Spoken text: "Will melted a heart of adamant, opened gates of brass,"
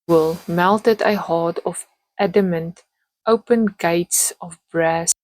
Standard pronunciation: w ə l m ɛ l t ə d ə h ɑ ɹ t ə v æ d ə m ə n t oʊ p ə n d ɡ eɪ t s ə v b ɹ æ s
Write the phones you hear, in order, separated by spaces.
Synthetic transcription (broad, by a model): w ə l m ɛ l t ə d ə h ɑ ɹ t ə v æ d ə m ə n t oʊ p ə n ɡ eɪ t s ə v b ɹ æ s